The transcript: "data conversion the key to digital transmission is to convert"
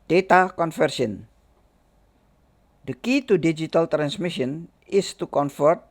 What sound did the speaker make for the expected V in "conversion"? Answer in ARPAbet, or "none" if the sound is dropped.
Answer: F